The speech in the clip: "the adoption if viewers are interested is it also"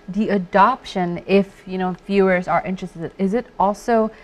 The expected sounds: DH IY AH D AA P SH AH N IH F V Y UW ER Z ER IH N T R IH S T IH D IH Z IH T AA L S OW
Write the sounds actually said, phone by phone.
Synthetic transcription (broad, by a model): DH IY AH D AA P SH AH N IH F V Y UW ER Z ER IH N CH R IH S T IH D IH Z IH T AA L S OW